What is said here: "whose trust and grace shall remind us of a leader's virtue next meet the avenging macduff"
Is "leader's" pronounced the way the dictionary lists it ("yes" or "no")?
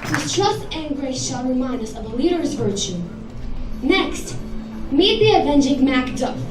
yes